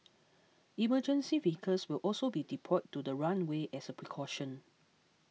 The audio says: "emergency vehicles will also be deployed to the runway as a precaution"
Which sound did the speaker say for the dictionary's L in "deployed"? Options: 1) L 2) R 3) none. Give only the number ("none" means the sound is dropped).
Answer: 3